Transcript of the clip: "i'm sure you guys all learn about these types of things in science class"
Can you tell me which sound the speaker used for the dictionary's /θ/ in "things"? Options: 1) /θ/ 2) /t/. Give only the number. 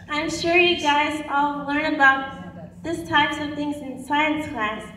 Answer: 1